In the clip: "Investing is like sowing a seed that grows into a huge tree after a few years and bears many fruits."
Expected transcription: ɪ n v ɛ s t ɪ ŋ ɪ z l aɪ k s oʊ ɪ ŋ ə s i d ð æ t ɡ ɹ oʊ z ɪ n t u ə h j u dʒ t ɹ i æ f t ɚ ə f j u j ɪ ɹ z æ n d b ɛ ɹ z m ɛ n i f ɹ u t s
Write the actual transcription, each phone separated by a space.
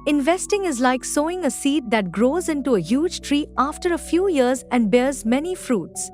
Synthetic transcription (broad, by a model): ɪ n v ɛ s t ɪ ŋ ɪ z l aɪ k s oʊ ɪ ŋ ə s i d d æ t ɡ ɹ oʊ z ɪ n t u ə h j u dʒ t ɹ i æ f t ɚ ə f j u j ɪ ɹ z æ n d b ɛ ɹ z m ɛ n i f ɹ u t s